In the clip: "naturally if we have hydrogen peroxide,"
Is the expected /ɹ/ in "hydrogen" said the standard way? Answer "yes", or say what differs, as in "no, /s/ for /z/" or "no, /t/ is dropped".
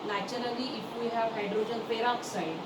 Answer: yes